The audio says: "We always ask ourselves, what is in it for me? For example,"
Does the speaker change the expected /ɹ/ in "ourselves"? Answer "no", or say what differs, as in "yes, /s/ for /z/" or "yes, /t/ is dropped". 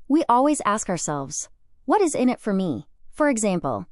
no